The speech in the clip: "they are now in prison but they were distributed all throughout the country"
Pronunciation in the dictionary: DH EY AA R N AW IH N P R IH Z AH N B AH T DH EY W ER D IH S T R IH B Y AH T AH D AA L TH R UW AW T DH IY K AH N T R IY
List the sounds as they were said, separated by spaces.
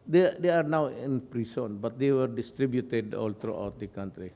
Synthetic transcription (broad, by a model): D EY AA R N AW IH N P R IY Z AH N B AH T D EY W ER D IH S T R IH B Y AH T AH D AA L T R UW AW T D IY K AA N T R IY